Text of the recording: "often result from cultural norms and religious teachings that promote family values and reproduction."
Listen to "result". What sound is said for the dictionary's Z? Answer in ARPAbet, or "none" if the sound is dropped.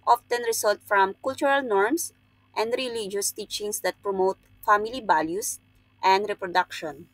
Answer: S